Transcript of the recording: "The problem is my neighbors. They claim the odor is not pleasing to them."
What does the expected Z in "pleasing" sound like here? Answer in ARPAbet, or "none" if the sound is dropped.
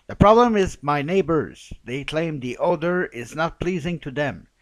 Z